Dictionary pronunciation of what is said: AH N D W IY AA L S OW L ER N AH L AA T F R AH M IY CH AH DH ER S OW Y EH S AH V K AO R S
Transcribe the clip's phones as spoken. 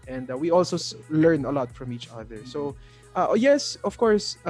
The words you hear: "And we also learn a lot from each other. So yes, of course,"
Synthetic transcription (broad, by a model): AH N D W IY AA L S OW L ER N AH L AA T F R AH M IY CH AH DH ER S OW Y EH S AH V K AO R S